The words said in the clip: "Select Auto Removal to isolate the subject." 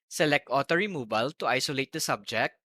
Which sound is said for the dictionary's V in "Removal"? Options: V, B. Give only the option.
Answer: B